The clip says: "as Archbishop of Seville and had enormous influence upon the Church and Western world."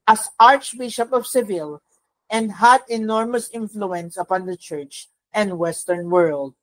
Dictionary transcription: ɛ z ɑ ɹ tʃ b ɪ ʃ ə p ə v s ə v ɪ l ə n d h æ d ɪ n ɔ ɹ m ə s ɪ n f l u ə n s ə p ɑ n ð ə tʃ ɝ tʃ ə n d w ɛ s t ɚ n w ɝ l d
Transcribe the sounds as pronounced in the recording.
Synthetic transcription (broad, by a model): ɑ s ɑ ɹ tʃ b ɪ ʃ ə p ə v s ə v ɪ l ə n d h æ d ɪ n ɔ ɹ m ə s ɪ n f l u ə n s ə p ɑ n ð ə tʃ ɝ tʃ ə n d w ɛ s t ɚ n w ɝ l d